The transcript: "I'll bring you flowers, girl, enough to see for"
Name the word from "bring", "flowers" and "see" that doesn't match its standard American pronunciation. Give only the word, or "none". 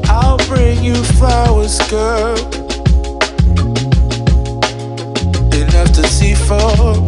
flowers